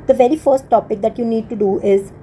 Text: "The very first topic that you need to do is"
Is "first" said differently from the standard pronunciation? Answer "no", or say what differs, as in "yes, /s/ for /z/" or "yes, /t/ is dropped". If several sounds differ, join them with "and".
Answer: no